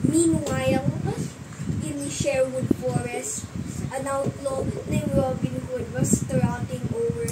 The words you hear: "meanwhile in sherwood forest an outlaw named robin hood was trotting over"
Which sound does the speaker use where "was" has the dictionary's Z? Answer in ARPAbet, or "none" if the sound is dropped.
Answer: S